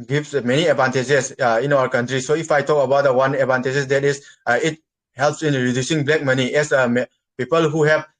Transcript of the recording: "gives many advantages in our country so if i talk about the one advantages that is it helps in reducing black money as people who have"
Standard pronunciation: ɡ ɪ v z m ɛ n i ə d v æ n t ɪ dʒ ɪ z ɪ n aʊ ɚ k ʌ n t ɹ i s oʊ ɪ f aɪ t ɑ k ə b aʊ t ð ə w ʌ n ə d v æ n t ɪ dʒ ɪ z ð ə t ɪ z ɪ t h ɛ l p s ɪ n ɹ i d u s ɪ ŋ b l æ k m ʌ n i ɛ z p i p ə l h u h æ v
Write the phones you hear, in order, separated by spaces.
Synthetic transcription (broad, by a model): ɡ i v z m ɛ n i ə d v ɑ n t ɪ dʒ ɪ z ɪ n aʊ ɚ k ʌ n t ɹ i s oʊ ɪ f aɪ t ɑ k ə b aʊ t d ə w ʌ n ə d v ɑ n t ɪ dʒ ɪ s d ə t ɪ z ɪ t h ɛ l p s ɪ n ɹ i d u s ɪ ŋ b l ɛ k m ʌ n i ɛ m p i p ə l h u h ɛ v